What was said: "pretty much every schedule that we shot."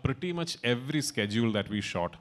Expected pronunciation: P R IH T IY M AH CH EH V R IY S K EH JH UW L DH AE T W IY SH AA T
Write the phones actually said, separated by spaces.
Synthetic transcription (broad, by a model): P R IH T IY M AH CH EH V R IY S K EH JH UW L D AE T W IY SH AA T